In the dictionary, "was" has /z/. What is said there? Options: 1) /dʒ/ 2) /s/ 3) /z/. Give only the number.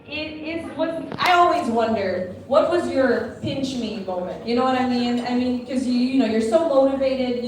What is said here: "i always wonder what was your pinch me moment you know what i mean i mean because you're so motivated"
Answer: 3